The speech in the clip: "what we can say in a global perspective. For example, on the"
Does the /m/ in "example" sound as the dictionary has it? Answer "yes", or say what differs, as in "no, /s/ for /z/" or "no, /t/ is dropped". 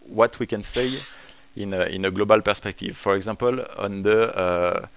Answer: no, /m/ is dropped